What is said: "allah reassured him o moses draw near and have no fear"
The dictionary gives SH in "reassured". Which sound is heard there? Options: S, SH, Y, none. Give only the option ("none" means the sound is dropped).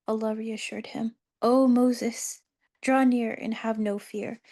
SH